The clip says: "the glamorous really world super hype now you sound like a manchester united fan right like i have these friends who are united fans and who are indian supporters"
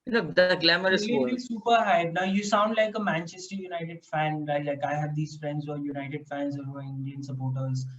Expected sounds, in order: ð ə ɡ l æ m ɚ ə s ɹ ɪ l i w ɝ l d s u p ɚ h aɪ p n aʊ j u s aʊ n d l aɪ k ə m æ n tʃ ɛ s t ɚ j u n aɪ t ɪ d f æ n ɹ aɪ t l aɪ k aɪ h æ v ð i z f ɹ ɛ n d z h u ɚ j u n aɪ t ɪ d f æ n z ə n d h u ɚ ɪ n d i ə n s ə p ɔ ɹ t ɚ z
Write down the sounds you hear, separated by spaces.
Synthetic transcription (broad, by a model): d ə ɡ l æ m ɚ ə ɹ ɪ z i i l s u p ɚ h aɪ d n aʊ j u s aʊ n d l aɪ k ə m æ n tʃ ɛ s t ɚ j u n aɪ t ɪ d f æ n l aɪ l aɪ k aɪ h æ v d i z f ɹ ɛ n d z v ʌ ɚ j u n aɪ t ɪ d f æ n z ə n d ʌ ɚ ɪ n d i ə n s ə p ɔ ɹ t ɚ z